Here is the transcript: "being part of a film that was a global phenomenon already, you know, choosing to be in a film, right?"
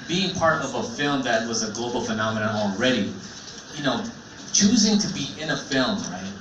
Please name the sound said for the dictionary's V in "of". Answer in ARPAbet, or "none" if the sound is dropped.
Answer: V